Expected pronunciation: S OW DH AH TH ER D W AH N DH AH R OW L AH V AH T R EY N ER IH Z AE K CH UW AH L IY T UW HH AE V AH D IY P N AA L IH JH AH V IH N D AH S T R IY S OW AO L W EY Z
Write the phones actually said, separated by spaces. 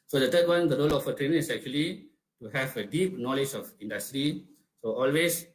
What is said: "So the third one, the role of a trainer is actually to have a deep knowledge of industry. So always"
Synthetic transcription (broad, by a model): S OW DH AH T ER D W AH N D AH R OW L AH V AH T R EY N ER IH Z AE K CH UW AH L IY T UW HH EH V AH D IY P N AA L IH JH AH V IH N D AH S T R IY S OW AO L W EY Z